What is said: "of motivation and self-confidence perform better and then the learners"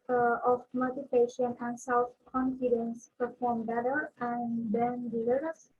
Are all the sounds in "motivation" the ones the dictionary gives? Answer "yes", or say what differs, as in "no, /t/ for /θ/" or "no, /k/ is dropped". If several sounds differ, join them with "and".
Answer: no, /p/ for /v/